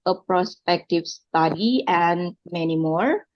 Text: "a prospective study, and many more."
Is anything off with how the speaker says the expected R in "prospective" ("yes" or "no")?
no